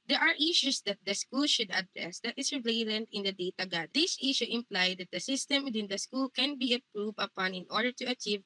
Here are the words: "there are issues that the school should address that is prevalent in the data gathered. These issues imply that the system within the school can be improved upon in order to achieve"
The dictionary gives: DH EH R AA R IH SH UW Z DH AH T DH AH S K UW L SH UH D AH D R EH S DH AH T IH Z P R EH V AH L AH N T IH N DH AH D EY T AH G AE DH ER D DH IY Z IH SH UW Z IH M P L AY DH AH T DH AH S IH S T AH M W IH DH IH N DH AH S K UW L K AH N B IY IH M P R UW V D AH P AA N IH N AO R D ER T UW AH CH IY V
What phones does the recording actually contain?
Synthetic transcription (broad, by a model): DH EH R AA R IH SH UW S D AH T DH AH S K UW L SH UH D AH D R EH S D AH T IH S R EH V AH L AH N T IH N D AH D EY T AH G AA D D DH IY S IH SH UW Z IH M P L AY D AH T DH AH S IH S T AH M W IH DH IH N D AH S K UW L K AH N B IY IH P R UW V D AH P AA N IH N AO R D ER T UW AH CH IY V